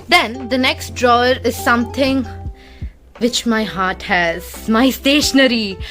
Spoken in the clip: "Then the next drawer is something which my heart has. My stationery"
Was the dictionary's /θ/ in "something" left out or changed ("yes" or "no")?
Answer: yes